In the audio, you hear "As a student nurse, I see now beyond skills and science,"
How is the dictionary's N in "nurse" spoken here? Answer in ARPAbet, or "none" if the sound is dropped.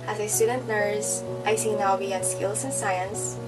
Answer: L